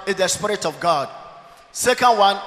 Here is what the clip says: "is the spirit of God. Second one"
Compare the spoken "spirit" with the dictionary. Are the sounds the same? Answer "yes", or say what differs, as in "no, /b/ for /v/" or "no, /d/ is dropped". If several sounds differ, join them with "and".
yes